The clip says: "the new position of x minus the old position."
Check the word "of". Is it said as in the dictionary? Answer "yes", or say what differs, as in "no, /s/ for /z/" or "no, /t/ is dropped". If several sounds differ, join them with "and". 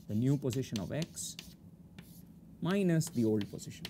yes